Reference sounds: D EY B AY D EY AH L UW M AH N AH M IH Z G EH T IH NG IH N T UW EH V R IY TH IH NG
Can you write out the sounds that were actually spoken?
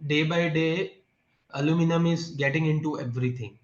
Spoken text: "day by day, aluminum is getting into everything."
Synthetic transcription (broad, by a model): D EY B AY D EY AH L UW M AH N AH M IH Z G EH T IH NG IH N T UW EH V R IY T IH NG